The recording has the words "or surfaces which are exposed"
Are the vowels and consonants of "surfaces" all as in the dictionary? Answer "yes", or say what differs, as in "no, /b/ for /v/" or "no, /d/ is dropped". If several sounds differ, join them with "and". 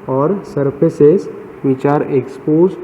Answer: no, /p/ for /f/